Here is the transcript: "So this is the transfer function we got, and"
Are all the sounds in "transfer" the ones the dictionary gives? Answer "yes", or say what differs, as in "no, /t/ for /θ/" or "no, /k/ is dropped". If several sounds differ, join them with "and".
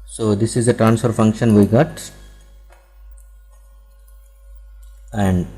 yes